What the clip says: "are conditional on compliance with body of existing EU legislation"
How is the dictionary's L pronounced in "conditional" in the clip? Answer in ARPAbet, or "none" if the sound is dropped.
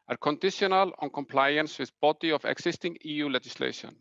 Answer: L